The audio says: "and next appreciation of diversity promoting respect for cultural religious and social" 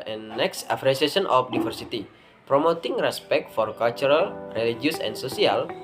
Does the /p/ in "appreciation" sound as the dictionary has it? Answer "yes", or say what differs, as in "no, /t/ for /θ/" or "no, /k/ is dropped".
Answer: no, /f/ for /p/